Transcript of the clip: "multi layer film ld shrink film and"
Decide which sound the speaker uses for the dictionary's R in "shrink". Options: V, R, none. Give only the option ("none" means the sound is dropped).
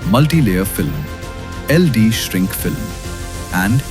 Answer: R